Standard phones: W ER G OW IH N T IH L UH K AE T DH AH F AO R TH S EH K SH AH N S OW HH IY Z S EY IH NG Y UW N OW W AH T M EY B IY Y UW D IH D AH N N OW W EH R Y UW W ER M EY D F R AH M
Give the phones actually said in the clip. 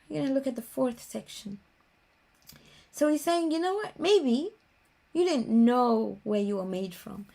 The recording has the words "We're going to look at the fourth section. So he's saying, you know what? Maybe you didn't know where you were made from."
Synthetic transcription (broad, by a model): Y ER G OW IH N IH L UH K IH T DH AH F AO R TH S EH K SH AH N S OW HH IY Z S EY IH NG Y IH N OW W AH T M EY B IY Y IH D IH D N N OW W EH R Y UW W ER M EY D F R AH M